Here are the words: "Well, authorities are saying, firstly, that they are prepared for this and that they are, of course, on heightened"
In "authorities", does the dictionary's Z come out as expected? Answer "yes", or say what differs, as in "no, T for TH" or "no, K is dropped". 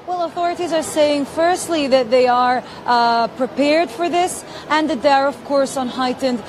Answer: yes